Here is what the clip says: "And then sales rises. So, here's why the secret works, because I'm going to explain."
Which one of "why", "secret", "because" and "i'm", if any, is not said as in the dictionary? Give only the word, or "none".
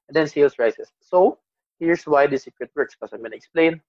because